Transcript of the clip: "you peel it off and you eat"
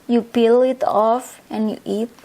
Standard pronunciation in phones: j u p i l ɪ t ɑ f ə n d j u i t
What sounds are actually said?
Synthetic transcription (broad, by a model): j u b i l ɪ t ɑ f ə n j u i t